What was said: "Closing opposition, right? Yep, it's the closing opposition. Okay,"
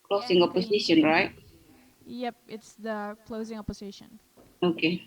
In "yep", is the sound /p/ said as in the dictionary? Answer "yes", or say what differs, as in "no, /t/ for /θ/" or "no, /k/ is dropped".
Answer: yes